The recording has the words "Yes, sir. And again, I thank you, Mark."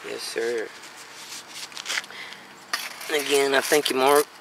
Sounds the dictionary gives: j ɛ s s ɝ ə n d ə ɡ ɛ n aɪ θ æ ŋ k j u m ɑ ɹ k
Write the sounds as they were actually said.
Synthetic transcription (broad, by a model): j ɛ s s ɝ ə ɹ ə ɡ ɛ n aɪ θ æ ŋ k j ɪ m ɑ ɹ